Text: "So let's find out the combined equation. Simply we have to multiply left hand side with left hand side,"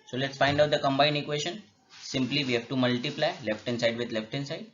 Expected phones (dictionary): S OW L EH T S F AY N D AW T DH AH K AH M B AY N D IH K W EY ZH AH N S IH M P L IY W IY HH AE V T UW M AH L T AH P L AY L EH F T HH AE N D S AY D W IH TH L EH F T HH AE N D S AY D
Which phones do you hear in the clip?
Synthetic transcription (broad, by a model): S OW L EH T S F AY N D AW T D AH K AH M B AY N D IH K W EY SH AH N S IH M P L IY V IY HH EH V T UW M AH L T AH P L AY L EH F T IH N S AY D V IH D L EH F T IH N S AY D